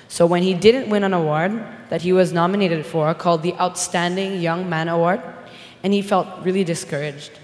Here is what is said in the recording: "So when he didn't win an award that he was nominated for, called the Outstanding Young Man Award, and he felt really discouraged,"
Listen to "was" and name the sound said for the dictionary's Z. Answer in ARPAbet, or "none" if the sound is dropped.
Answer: Z